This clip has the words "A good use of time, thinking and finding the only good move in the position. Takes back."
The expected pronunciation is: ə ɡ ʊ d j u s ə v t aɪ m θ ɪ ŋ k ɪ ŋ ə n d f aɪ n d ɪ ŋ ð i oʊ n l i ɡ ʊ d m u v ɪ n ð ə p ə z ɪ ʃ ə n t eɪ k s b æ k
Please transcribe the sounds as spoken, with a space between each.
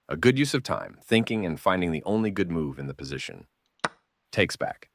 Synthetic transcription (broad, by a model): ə ɡ ʊ d j u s ə v t aɪ m θ ɪ ŋ k ɪ ŋ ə n f aɪ n d ɪ ŋ ð i oʊ n l i ɡ ʊ d m u v ɪ n ð ə p ə z ɪ ʃ ə n t eɪ k s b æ k